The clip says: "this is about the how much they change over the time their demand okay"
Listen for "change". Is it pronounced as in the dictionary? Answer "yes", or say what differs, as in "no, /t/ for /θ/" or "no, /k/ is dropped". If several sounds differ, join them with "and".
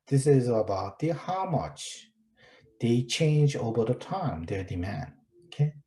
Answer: yes